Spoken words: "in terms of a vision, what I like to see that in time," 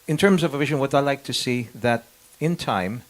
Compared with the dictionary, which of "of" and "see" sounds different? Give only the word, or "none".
none